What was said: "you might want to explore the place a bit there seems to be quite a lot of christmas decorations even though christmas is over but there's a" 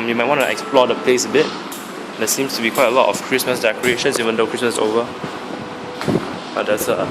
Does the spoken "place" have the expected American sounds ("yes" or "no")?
yes